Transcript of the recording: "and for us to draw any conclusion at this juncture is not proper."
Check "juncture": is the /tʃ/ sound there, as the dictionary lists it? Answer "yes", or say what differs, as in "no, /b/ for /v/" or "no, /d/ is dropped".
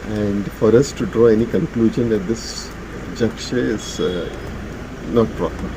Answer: no, /ʃ/ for /tʃ/